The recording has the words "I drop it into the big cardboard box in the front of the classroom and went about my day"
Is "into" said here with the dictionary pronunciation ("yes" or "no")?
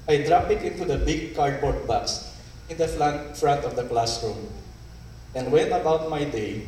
yes